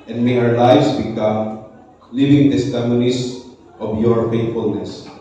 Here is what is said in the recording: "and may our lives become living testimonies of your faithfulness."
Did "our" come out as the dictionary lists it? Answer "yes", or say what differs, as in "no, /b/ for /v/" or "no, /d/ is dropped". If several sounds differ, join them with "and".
yes